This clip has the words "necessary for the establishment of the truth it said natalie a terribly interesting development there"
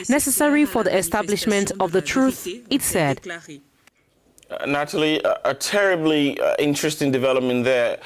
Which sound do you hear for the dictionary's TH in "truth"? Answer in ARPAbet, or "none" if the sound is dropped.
TH